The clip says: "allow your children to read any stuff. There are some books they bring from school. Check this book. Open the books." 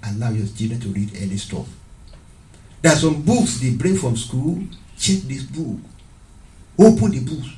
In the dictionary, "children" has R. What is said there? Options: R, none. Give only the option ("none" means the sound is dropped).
none